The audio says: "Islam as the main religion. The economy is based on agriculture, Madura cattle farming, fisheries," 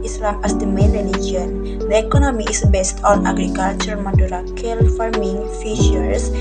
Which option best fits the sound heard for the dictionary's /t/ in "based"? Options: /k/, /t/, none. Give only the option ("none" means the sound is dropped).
/t/